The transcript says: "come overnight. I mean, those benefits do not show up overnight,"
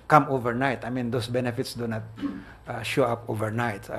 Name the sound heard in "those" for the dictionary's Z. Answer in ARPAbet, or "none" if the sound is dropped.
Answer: S